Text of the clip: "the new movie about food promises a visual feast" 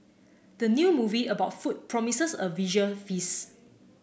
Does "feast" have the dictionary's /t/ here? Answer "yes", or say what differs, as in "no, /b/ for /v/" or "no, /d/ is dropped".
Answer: no, /t/ is dropped